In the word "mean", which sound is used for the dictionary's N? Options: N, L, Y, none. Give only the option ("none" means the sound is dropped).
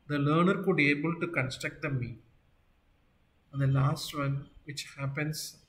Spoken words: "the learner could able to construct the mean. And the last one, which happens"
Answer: none